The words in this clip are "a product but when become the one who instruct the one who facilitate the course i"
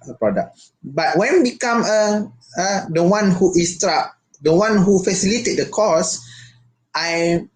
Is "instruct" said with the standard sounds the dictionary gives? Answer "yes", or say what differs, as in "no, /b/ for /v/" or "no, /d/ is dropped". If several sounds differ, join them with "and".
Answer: no, /n/ is dropped